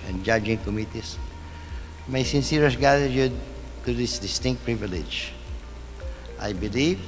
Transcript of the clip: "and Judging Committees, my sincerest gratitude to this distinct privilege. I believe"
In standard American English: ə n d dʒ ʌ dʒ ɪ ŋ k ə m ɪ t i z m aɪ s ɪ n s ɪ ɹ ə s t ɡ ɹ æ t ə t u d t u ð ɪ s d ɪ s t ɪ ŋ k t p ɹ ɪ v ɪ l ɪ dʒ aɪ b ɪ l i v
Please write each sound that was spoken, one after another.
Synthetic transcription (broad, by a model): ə n dʒ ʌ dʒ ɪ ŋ k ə m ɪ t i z m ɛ s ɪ n s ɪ ɹ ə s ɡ æ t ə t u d t u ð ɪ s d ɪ s t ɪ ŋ k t p ɹ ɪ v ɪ l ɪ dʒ aɪ b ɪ l i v